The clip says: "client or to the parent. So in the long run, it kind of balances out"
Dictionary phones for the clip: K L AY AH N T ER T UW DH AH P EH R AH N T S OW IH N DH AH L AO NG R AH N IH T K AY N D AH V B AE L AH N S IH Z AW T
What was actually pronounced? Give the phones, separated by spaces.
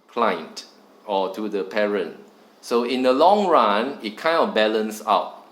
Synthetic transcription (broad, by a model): K L AY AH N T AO T UW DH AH P EH R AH N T S OW IH N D AH L AO NG R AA N IH T K AY N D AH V B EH L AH N S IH UH T